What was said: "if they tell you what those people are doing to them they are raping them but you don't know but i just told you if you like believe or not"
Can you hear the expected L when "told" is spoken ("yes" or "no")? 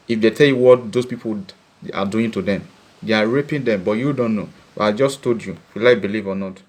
no